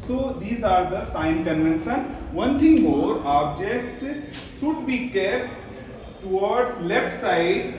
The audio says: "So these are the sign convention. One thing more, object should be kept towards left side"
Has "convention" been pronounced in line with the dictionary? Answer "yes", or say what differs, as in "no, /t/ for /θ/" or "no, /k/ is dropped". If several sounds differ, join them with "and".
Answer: no, /s/ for /ʃ/